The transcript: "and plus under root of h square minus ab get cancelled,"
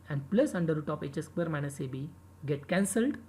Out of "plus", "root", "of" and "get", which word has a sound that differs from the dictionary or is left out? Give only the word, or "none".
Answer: of